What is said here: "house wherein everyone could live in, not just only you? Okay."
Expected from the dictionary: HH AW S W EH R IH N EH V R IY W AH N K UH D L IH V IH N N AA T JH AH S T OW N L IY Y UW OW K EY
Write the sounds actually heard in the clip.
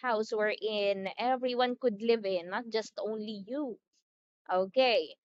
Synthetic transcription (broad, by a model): HH AW S W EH R IH N EH V R IY W AH N K UH D L IH V IH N N AA T JH AH S T OW N L IY Y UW OW K EY